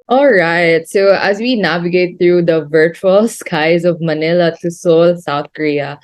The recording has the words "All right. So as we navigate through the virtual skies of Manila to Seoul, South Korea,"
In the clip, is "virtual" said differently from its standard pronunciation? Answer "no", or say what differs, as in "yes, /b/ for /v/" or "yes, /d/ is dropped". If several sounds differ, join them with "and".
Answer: no